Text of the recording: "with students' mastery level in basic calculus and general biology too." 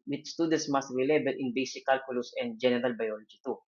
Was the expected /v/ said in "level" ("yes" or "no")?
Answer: no